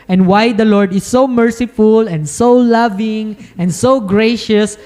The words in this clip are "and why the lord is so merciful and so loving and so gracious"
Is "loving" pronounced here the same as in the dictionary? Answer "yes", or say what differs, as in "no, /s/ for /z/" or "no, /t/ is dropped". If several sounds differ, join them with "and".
yes